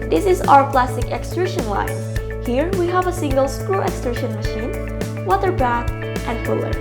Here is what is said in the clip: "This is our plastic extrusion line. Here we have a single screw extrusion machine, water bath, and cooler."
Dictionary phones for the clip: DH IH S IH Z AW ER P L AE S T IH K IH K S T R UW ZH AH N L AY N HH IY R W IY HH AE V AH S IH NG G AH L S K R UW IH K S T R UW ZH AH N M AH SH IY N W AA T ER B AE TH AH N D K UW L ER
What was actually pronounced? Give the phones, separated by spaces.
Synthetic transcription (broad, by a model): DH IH S IH Z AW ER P L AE S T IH K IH K S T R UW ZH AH N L AY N HH IY R W IY HH AE V AH S IH NG G AH L S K R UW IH K S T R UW SH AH N M AH SH IY N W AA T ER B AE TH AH N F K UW L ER